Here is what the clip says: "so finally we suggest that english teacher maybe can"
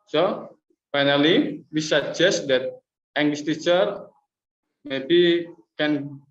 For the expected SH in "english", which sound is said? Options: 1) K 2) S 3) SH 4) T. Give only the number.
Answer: 2